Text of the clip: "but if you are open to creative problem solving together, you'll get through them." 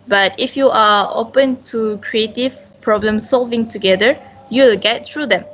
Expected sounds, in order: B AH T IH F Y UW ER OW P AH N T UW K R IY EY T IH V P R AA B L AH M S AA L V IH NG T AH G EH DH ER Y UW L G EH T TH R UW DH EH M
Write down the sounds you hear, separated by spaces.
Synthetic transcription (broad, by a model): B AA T IH F Y UW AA OW P AH N T UW K R IY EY T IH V P R AA B L AH M S AA L V IH NG T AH G EH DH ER Y UW L G EH T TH R UW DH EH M